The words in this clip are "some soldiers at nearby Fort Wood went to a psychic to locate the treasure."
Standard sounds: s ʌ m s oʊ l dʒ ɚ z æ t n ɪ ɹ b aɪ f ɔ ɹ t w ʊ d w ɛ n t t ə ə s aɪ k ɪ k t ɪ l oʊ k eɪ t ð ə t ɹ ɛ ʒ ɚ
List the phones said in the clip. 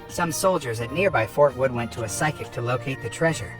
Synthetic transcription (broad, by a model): s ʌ m s oʊ l dʒ ɚ z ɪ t n ɪ ɹ b aɪ f ɔ ɹ t w ʊ d w ɛ n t t ə ə s aɪ k ɪ k t ɪ l oʊ k eɪ t ð ə t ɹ ɛ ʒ ɚ